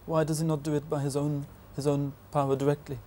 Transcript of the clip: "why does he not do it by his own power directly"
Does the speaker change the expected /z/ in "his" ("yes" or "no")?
no